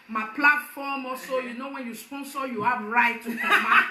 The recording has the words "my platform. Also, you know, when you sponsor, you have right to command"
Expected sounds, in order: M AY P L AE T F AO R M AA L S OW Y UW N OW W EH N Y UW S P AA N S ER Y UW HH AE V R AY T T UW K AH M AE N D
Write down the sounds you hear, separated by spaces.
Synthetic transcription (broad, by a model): M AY P L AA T F AO M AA S OW Y UW N OW W EH N Y UW S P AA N S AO Y UW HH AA B R AY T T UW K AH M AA